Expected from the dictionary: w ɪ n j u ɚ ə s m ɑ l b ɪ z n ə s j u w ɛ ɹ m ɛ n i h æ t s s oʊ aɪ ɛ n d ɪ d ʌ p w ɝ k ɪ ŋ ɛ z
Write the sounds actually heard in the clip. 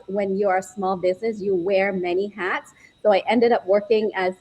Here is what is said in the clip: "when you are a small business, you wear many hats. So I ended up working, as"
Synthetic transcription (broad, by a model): w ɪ n j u ɚ s m ɑ l b ɪ z n ə s j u w ɛ ɹ m ɛ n i h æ t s s oʊ aɪ ɛ n d ɪ d ʌ p w ɝ k ɪ ŋ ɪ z